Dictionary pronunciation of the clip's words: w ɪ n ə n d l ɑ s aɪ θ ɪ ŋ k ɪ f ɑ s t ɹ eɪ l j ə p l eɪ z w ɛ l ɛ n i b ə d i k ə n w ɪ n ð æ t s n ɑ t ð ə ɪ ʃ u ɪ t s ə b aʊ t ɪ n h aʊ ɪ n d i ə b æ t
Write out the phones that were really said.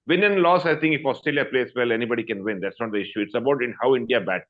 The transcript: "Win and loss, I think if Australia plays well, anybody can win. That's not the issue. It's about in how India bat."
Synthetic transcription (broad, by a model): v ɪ n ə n l ɑ s aɪ t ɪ ŋ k ɪ f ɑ s t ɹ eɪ l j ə p l eɪ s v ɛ l ɛ n i b ə d i k ə n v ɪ n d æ t s n ɑ t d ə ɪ ʃ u ɪ t s ə b aʊ t ɪ n h aʊ ɪ n d i ə b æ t